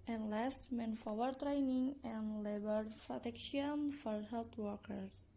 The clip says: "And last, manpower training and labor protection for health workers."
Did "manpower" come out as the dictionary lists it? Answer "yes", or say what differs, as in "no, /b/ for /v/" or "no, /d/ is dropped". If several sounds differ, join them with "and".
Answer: no, /f/ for /p/